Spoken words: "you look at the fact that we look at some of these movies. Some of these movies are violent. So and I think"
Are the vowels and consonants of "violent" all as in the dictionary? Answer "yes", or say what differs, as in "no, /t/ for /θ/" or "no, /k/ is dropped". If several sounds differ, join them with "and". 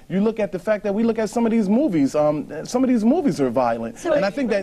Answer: yes